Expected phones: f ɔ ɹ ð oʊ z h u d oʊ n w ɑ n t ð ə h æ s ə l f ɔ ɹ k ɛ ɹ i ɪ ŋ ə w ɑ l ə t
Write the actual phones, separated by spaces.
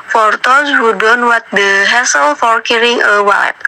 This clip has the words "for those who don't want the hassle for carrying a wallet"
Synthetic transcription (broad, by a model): f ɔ ɹ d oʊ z h u d oʊ n w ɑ t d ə h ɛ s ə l f ɔ ɹ k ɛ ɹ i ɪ ŋ ə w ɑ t